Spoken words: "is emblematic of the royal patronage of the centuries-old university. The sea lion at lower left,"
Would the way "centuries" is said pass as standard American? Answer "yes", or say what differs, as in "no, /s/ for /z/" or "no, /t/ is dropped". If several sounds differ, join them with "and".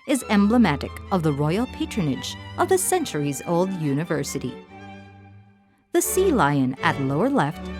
yes